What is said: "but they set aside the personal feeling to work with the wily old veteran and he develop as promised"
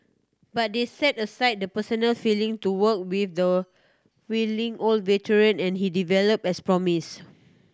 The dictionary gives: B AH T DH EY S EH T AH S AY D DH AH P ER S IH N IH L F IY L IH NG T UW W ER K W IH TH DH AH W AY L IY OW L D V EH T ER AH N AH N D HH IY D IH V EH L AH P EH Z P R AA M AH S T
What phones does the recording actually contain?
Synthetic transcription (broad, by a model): B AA T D EY S EH T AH S AY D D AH P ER S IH N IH L F IY L IH NG T UW W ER K W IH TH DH AH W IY L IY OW L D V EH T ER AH N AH N HH IY D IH V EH L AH P EH S P R AA M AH S